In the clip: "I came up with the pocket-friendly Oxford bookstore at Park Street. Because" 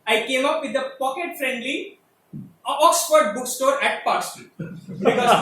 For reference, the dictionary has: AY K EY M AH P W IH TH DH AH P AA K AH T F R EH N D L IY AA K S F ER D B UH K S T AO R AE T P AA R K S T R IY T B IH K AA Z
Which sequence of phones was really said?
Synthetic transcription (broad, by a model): AY K EY M AH P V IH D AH P AA K AH T F R EH N D L IY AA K S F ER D B UH K S T AO R AE T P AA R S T IY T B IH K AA